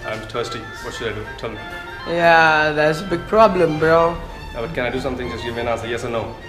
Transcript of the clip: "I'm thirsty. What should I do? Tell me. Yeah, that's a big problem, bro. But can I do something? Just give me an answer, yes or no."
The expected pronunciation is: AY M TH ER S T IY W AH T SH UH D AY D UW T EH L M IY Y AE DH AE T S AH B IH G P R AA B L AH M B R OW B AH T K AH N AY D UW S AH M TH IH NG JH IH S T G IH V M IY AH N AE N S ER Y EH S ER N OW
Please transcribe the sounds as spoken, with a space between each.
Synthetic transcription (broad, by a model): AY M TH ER S T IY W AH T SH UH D AY D UW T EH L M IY Y AE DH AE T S AH B IH G P R AA B L AH M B R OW B AH T K AH N AY D UW S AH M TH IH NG Z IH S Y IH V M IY AH N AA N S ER Y EH S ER N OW